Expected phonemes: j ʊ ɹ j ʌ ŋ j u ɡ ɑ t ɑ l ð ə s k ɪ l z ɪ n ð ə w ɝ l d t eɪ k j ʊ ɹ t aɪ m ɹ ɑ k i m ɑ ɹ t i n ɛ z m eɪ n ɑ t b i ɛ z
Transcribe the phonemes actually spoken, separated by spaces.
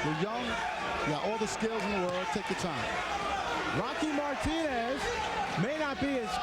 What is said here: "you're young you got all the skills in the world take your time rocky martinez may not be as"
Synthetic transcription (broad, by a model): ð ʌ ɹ j ʌ ŋ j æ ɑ t ɑ l ð ə s k ɪ l z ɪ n ð ə w ɝ l d t eɪ k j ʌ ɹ t aɪ m ɹ ɑ k i m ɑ ɹ t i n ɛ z m eɪ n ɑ t b i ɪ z